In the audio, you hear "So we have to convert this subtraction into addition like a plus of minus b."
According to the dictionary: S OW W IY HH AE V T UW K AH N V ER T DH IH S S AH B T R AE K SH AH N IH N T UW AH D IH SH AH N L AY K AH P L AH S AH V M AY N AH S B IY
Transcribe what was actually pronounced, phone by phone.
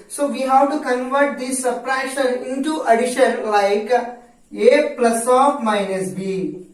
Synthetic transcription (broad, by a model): S OW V IY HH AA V T UW K AH N V ER T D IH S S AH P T R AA SH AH N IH N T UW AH D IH SH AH N L AY K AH P L AH S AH F M AY N AH S B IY